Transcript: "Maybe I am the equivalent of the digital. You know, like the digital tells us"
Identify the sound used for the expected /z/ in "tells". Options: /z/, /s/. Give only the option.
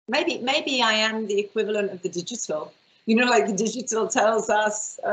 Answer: /z/